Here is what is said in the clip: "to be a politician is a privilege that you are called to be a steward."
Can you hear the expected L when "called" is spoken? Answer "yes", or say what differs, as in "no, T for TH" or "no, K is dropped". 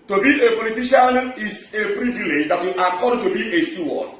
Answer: no, L is dropped